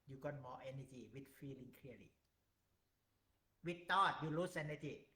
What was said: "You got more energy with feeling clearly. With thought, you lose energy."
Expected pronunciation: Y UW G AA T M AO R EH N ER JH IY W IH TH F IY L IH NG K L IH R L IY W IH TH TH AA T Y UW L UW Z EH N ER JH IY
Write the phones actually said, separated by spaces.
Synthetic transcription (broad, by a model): Y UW G AA T M AO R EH N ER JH IY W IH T F IY L IH NG K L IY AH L IY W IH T AA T Y UW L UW S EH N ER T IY